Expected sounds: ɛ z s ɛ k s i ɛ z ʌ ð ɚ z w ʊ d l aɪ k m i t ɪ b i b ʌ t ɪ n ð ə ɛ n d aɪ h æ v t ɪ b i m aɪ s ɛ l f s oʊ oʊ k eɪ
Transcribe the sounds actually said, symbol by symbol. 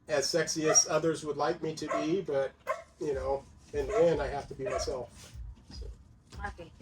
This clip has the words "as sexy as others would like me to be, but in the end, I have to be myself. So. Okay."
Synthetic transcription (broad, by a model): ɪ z s ɛ k s i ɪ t ʌ ð ɚ z w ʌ d l aɪ k m i t ɪ b i b ʌ t ɪ n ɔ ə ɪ n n aɪ h æ f t ɪ b i m aɪ s ɛ l f s oʊ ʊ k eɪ